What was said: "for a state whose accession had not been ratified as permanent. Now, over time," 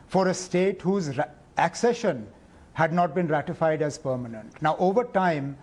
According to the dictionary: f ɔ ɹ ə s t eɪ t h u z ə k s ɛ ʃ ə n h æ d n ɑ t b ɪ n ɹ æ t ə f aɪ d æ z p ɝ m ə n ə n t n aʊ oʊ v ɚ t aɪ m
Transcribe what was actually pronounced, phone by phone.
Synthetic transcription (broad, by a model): f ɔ ɹ ə s t eɪ t h u z ə k s ɛ ʃ ə n h æ d n ɑ t b ɪ n ɹ æ t ə f aɪ d æ z p ɝ m ə n ə n t n aʊ oʊ v ɚ t aɪ m